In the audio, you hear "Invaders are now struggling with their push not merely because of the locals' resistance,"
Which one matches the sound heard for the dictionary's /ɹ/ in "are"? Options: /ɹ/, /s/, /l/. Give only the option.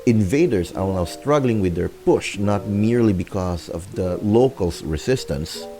/l/